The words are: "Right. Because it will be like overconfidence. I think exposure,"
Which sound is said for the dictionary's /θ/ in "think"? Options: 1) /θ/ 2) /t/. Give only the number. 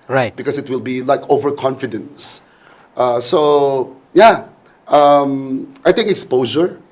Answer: 2